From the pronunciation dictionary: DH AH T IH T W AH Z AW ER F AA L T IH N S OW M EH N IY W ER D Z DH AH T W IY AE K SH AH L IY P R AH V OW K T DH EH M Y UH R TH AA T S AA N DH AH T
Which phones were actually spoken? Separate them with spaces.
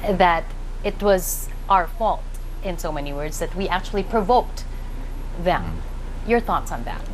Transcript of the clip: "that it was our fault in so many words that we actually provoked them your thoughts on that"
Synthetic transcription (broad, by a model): DH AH T IH T W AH Z AW ER F AA L T IH N S OW M EH N IY W ER D Z DH AH T W IY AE K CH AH L IY P R AH V OW K T DH EH M Y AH R TH AA T S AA N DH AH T